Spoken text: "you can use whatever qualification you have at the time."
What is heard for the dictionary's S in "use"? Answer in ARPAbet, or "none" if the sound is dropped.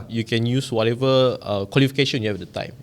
S